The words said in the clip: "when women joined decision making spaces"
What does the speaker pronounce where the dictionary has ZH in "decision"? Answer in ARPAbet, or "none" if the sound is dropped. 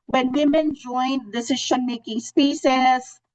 SH